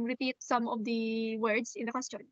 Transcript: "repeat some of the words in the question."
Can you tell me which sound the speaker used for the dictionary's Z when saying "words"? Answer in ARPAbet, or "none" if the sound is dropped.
S